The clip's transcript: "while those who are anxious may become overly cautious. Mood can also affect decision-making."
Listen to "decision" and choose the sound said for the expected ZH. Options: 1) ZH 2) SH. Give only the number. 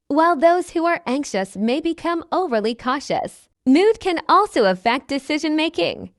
1